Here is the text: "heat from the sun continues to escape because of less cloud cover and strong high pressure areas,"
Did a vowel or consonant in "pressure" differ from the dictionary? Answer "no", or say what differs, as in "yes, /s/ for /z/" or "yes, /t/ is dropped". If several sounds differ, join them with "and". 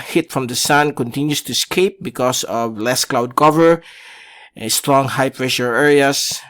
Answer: no